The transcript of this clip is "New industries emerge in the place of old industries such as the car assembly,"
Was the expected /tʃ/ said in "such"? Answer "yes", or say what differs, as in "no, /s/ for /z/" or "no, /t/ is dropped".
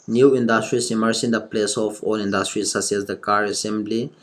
no, /s/ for /tʃ/